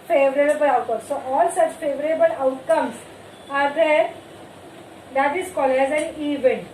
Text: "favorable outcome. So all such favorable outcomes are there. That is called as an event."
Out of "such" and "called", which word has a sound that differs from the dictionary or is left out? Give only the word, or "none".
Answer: called